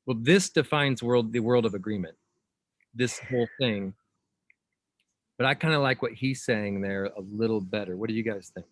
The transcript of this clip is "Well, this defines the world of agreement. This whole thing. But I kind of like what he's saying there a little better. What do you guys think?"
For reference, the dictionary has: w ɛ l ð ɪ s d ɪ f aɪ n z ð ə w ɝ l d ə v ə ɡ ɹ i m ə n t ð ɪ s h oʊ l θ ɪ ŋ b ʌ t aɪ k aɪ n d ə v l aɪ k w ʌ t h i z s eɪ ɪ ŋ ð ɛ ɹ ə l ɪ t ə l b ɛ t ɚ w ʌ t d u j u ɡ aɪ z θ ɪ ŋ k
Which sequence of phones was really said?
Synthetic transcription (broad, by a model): w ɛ l ð ɪ s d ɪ f aɪ n z ð ə w ɝ l d ə v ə ɡ ɹ i m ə n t ð ɪ s h oʊ l θ ɪ ŋ b ʌ t aɪ k aɪ n d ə l aɪ k w ʌ t h i z s eɪ ɪ ŋ ð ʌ ɹ ə l ɪ t l b ɛ t ɚ w ʌ t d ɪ j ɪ ɡ aɪ z θ ɪ ŋ k